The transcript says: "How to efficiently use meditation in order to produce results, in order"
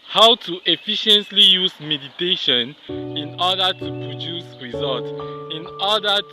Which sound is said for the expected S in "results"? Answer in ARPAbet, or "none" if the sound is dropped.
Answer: none